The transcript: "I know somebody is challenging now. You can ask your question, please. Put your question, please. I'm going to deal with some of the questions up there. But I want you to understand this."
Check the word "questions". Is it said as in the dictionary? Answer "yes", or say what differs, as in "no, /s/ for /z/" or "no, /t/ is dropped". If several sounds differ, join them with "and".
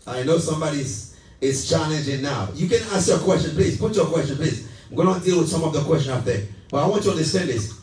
no, /z/ is dropped